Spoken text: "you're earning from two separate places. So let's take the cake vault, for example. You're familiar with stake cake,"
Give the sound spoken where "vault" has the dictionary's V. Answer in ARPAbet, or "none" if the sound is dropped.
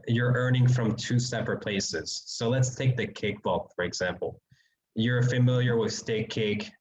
B